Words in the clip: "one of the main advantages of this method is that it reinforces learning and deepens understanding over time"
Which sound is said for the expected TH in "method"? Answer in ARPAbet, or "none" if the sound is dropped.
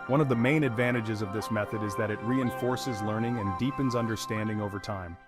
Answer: TH